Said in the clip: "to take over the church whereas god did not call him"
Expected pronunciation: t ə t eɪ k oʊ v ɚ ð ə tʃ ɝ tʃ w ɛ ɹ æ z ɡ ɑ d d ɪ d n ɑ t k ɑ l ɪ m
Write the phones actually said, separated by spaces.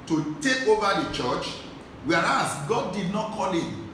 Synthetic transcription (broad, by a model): t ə t eɪ k oʊ v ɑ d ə tʃ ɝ tʃ w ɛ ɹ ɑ s ɡ ɑ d d ɪ d n ɑ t k ɑ l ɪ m